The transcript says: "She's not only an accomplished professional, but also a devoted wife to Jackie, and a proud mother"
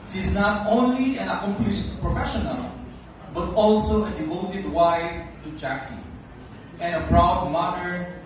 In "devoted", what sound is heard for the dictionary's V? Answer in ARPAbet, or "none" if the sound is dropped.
V